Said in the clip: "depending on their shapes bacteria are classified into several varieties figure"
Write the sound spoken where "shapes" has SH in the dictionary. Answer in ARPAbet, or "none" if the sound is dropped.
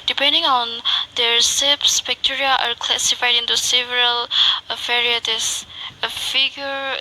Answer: S